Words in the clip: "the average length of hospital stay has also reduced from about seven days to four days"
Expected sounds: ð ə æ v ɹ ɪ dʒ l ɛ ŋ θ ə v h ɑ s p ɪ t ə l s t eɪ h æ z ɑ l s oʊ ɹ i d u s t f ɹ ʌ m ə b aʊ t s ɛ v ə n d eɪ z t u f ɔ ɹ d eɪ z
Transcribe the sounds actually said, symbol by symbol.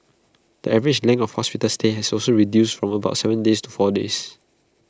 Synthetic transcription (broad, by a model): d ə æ v ɹ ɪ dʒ l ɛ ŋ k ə f h ɑ s p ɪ t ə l s t eɪ h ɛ s ɑ l s oʊ ɹ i d u s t f ɹ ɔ m ə b aʊ t s ɛ v ə n d eɪ s t u f ɔ d eɪ s